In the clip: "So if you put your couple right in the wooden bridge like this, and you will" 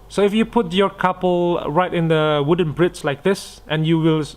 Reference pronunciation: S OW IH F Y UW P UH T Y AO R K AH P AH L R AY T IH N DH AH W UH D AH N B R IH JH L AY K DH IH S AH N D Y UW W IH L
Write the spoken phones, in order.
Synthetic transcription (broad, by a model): S OW IH F Y UW P UH T Y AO K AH P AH L R AY T IH N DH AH W UH D AH N B R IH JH L AY K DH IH S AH N Y UW W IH L